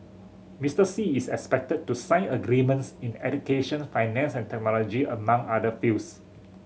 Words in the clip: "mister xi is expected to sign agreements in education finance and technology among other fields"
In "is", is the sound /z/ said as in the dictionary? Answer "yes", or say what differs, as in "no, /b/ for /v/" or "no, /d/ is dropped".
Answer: no, /s/ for /z/